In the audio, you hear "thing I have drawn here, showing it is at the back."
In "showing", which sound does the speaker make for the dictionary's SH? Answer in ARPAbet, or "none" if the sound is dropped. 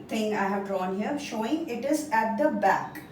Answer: SH